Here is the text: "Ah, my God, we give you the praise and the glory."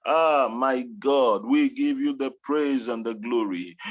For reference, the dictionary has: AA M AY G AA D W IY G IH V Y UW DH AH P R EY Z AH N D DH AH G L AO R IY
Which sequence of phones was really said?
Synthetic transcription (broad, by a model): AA M AY G AA D W IY G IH V Y UW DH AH P R EY Z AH N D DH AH G L AO R IY